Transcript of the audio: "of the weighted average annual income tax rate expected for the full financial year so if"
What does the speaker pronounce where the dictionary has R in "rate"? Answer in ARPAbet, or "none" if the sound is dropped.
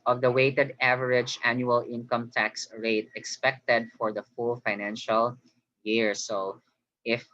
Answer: R